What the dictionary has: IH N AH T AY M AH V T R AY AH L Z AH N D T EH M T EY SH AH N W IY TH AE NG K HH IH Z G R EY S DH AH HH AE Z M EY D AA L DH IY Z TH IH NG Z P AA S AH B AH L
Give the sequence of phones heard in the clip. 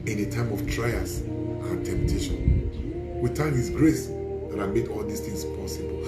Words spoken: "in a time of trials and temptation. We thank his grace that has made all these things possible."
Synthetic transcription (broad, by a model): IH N AH T AY M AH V T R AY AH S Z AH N T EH M T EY SH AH N W IY T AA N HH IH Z G R EY S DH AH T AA M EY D AA L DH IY S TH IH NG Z P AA S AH B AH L